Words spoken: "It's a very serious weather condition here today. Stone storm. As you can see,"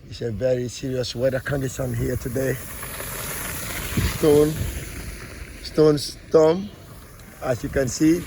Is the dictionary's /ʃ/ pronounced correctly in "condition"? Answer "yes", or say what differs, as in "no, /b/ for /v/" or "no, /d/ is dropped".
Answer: no, /s/ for /ʃ/